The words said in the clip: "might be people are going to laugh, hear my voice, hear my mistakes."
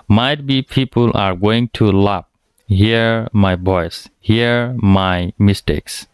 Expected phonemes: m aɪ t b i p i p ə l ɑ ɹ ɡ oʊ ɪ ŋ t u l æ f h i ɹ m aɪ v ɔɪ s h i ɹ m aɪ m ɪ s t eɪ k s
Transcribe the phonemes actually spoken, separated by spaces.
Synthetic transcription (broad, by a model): m aɪ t b i p i p ə l ɑ ɹ ɡ oʊ ɪ ŋ t u l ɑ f h i ɹ m aɪ b ɔɪ s h i ɹ m aɪ m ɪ s t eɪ k s